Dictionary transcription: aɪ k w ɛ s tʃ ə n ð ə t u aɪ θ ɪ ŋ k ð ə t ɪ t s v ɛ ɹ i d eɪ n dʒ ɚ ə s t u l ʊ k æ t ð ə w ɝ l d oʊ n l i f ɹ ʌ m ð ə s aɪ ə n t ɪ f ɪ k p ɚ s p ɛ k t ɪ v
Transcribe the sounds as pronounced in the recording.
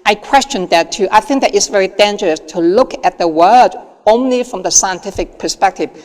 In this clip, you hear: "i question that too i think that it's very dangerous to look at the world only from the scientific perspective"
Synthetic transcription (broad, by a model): aɪ k w ɛ s tʃ ə n ð ə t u aɪ θ ɪ ŋ k ð ə t ɪ t s v ɛ ɹ i d eɪ n dʒ ɚ ə s t u l ʊ k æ t ð ə w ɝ d oʊ n l i f ɹ ʌ m ð ə s aɪ ə n t ɪ f ɪ k p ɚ s p ɛ k t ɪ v